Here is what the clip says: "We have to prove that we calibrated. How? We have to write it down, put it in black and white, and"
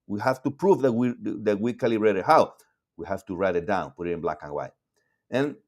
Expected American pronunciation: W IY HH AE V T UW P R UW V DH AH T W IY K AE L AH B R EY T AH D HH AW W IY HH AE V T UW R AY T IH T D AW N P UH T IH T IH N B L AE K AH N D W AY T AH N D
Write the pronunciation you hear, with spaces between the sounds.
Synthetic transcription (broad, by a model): W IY HH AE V T UW P R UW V DH AH T W IY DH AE W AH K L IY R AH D HH AW W IY HH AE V T UW R AY T IH T D AW N P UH T IH T IH N B L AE K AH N W AY T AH N